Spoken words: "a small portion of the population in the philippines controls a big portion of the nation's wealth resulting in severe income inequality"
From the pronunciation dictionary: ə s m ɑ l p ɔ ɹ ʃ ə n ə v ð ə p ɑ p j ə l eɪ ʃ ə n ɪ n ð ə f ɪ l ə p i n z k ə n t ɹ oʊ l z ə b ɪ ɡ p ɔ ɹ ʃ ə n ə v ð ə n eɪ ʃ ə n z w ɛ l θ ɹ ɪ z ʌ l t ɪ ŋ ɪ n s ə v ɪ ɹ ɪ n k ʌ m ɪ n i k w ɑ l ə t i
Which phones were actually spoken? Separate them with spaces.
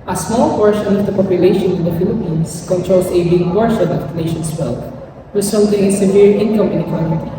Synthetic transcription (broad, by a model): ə s m ɑ l p ɔ ɹ ʃ ə n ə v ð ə p ɑ p j ə l eɪ ʃ ə n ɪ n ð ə f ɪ l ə p i n s k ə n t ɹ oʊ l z ə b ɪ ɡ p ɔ ɹ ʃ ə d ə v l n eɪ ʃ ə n s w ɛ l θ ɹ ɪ s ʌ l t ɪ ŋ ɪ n s ə v ɪ ɹ ɪ n k ʌ m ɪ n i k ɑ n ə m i